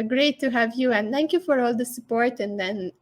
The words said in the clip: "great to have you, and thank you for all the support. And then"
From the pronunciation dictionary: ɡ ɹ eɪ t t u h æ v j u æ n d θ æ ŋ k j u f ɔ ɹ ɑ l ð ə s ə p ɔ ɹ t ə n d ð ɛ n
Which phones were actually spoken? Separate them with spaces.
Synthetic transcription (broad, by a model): ɡ ɹ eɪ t t u h æ v j u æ n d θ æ ŋ k j u f ɔ ɹ ɑ l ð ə s ə p ɔ ɹ t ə n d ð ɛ n